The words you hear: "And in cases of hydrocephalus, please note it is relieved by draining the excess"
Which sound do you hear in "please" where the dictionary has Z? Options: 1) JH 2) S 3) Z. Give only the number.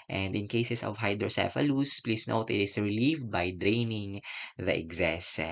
2